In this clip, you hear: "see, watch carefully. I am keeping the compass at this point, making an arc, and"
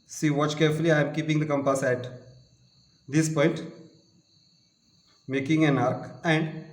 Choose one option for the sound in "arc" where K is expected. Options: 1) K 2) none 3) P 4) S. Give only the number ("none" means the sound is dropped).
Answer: 1